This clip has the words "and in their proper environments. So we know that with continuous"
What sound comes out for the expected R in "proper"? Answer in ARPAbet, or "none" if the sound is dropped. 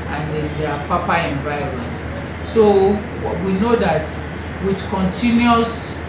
none